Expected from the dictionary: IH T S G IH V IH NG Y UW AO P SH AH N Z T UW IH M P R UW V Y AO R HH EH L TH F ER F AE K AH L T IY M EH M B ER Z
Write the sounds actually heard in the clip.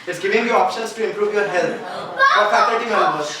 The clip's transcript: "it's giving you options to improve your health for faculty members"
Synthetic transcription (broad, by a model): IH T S G IH V IH NG Y UW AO P SH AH N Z T UW IH M P R UW V Y AO R HH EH L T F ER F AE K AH T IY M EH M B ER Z